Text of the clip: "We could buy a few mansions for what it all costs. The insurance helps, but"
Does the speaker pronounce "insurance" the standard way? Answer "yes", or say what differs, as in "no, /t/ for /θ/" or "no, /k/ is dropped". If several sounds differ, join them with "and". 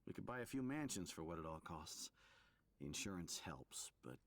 yes